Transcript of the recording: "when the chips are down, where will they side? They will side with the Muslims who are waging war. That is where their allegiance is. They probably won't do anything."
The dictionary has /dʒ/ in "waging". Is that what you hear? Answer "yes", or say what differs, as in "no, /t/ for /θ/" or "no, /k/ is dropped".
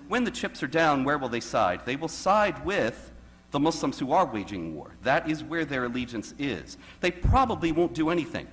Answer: yes